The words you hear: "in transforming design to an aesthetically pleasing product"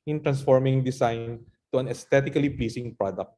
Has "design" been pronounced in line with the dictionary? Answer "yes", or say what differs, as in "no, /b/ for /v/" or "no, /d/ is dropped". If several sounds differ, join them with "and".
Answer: no, /s/ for /z/